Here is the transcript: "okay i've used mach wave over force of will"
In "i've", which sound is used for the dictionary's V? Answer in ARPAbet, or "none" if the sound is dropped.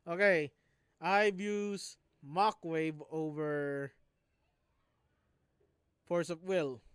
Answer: B